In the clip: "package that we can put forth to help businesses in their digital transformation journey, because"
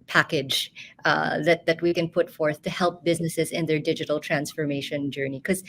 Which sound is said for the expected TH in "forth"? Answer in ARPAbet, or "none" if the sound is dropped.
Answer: TH